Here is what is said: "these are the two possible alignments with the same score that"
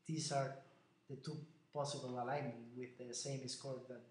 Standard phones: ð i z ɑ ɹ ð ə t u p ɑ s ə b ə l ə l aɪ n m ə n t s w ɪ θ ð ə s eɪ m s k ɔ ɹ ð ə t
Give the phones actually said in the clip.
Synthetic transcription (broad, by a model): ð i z ɑ ɹ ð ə t u p ɑ s ə b ə l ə l aɪ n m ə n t w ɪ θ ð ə s eɪ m s k ɔ ɹ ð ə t